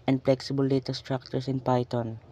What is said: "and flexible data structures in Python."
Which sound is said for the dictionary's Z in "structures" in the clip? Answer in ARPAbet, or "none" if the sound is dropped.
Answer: S